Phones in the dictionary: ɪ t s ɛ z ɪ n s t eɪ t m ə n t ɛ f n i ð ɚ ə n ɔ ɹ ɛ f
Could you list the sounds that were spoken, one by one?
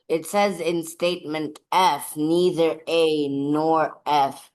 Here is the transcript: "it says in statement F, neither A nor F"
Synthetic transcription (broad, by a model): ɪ t s ɛ z ɪ n s t eɪ t m ə n t ɛ f n i ð ɚ ə n ɔ ɹ ɛ f